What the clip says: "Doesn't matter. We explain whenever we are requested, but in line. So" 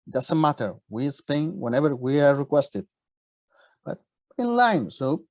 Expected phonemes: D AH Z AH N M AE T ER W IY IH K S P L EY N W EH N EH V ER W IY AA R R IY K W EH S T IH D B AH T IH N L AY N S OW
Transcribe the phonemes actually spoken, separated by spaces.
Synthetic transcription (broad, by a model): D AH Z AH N M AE T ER W IY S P EY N W EH N EH V ER W IY AA R R IY K W EH S T IH D B AH T IH N L AY N S OW